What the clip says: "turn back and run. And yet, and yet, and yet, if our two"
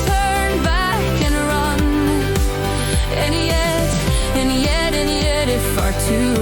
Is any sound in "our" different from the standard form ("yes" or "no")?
no